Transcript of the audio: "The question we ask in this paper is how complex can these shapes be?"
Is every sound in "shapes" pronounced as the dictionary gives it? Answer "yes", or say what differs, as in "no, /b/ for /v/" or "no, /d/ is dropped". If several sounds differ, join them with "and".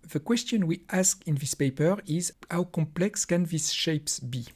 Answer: yes